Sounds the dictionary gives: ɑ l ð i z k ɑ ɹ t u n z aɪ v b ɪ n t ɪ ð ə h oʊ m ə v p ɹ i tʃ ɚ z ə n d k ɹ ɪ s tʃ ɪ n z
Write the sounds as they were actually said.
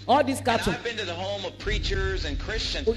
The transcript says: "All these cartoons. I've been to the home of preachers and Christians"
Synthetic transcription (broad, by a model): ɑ l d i s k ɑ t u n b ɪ n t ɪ ð ə h oʊ m ə v p ɹ i tʃ ɚ z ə n k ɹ ɪ s tʃ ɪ n